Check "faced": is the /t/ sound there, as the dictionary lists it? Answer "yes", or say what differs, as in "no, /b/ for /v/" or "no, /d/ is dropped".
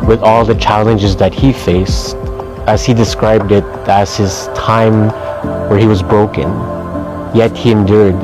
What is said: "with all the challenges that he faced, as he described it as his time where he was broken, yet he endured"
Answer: yes